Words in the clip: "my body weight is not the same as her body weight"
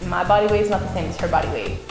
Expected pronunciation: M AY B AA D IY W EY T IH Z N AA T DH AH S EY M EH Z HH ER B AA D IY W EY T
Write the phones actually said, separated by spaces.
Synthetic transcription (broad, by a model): M AY B AA D IY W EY IH Z N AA T DH AH S EY M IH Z HH ER B AA D IY W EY